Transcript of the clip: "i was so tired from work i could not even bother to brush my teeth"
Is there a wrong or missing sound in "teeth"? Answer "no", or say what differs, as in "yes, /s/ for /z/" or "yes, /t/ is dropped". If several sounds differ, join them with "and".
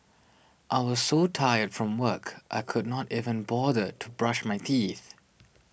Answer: no